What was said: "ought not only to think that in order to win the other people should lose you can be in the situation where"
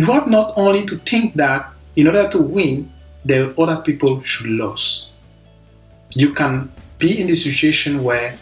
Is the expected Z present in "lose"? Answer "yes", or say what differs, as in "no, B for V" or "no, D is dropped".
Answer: no, S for Z